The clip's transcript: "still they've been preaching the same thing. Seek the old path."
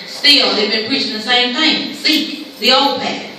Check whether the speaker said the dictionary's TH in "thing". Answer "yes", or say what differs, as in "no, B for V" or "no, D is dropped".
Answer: no, T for TH